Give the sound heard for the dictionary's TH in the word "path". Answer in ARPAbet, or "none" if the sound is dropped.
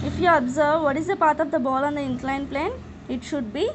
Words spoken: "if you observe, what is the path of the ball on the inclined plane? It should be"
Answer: T